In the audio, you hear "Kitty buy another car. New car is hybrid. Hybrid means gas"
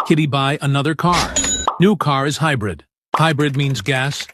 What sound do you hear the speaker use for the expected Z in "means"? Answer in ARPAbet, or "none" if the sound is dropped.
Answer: Z